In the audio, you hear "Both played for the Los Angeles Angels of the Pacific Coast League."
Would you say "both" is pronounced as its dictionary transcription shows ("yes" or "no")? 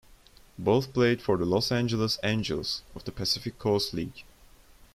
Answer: yes